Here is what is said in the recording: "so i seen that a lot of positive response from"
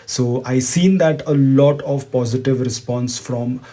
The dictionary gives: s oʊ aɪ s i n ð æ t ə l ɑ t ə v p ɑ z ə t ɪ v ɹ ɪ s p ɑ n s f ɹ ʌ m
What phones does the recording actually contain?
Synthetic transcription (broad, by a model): s oʊ aɪ s i n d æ t ə l ɑ t ə v p ɑ z ə t ɪ v ɹ ɪ s p ɑ n s f ɹ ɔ m